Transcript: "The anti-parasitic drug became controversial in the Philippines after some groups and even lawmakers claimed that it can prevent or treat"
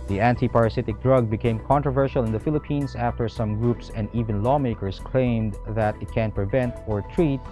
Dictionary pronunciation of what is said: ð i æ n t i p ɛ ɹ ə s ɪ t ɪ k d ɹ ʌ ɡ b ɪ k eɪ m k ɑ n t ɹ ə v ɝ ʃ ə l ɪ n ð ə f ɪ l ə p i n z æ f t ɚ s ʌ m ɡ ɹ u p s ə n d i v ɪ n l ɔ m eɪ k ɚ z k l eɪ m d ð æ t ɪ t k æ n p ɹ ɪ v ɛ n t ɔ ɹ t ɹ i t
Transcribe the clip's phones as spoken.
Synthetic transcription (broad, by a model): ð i æ n t i p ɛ ɹ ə s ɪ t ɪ k d ɹ ʌ ɡ b ɪ k eɪ m k ɑ n t ɹ ə v ɝ ʃ ə l ɪ n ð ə f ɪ l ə p i n s æ f t ɚ s ʌ m ɡ ɹ u p s ə n d i v ɪ n l ɔ m eɪ k ɚ s k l eɪ m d ð æ t ɪ t k æ n p ɹ ɪ v ɛ n t ɔ ɹ t ɹ i t